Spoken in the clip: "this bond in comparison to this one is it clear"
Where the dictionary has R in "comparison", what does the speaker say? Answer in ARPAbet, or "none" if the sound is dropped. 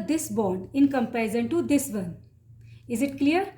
none